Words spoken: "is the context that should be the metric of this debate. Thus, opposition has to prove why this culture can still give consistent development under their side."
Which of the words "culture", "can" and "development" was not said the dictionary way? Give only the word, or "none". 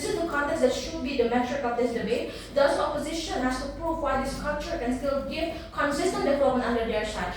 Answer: development